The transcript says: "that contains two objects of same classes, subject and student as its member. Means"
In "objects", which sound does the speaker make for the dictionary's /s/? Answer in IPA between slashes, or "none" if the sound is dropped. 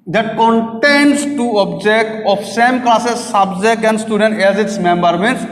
none